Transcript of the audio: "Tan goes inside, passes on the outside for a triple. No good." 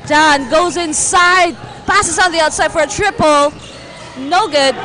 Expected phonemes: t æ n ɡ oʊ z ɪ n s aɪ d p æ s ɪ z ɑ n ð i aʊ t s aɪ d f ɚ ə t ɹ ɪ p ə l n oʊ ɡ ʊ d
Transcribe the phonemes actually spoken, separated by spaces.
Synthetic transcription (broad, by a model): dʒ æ n ɡ oʊ z ɪ n s aɪ d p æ s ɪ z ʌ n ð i aʊ t s aɪ d f ɚ ə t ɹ ɪ p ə l n oʊ ɡ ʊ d